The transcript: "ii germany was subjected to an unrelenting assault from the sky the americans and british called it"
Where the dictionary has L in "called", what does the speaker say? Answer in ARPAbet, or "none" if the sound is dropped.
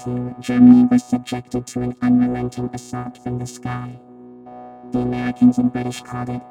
none